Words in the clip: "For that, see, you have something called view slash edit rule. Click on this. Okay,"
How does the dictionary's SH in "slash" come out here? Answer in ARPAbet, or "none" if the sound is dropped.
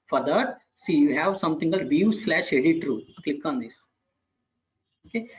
SH